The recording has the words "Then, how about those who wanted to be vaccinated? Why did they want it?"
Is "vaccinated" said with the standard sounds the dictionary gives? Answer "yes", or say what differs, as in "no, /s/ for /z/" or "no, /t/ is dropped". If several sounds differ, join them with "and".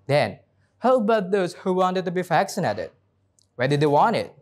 no, /f/ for /v/